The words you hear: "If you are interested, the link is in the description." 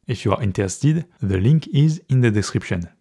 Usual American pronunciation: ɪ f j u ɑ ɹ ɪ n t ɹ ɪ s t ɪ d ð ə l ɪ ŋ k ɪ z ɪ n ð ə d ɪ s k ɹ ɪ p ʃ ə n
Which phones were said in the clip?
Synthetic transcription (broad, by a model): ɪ f j u ɑ ɹ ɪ n t ɪ s t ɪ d ð ə l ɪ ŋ k ɪ z ɪ n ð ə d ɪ s k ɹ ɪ p ʃ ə n